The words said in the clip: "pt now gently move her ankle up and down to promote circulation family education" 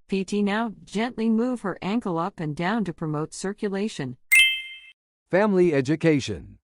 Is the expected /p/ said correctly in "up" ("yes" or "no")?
yes